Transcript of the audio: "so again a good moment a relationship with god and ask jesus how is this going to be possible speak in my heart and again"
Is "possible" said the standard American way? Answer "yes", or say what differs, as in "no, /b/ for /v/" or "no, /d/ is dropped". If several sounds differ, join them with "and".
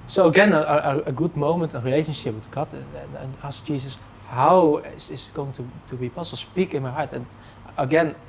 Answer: no, /b/ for /p/